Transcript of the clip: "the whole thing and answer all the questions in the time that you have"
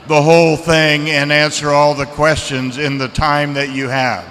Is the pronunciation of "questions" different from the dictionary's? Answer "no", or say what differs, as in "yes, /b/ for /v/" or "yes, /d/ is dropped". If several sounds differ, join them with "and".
no